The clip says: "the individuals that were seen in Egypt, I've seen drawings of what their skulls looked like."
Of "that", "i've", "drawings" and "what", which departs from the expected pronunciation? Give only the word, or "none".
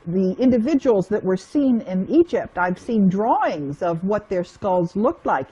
none